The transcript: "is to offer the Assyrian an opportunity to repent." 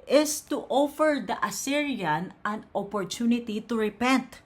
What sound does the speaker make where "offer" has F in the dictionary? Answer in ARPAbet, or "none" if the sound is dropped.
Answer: F